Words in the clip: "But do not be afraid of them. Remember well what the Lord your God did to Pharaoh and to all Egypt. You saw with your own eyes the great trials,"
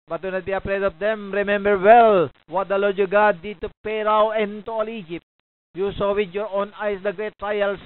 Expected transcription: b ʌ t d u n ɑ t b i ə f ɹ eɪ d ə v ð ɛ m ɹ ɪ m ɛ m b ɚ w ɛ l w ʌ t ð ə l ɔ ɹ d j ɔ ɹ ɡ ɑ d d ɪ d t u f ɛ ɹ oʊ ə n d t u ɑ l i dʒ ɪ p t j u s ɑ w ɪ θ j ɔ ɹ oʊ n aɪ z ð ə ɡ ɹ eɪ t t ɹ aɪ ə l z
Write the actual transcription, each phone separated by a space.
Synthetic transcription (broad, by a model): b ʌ t d u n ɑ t b i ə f ɹ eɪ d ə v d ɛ m ɹ ɪ m ɛ m b ɚ w ɛ l w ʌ t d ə l ɔ ɹ d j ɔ ɡ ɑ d d ɪ d t u p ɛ ɹ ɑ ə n t u ɑ l i dʒ ɪ p t j u s ɑ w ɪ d j ɔ ɹ oʊ n aɪ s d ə ɡ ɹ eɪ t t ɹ aɪ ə l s